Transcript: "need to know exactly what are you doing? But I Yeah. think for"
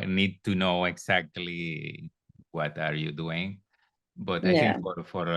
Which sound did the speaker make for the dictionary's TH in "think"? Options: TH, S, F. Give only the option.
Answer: F